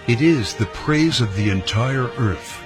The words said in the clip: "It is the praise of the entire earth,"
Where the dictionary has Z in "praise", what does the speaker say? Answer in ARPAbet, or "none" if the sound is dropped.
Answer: Z